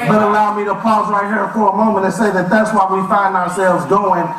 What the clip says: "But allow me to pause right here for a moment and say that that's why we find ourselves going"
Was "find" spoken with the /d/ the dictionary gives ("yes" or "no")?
yes